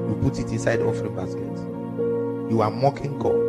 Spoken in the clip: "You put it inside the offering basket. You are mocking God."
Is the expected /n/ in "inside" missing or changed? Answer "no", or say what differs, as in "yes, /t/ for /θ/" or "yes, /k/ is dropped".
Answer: no